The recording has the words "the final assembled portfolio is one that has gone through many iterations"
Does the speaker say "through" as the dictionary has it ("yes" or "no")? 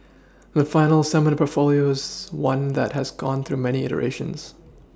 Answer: yes